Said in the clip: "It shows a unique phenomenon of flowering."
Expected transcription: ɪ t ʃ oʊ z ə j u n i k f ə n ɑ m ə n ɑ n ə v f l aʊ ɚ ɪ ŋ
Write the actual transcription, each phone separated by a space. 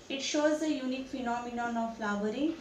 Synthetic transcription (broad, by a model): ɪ t ʃ oʊ z ə j u n i k f ə n ɑ m ə n ɑ n ə v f l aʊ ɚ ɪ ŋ